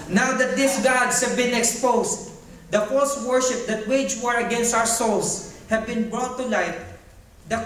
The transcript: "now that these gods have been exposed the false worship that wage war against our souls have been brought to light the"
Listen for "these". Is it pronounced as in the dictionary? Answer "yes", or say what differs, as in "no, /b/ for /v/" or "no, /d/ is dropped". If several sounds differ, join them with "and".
no, /s/ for /z/